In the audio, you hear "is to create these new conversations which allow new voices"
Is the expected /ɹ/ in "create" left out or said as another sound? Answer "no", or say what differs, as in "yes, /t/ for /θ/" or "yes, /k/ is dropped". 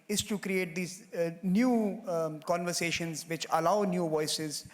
no